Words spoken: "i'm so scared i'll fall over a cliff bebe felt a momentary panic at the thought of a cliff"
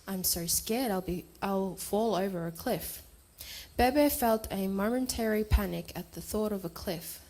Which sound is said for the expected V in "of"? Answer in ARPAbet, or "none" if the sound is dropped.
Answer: V